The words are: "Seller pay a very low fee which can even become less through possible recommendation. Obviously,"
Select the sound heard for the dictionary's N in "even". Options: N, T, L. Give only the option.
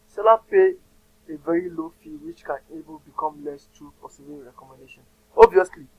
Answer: L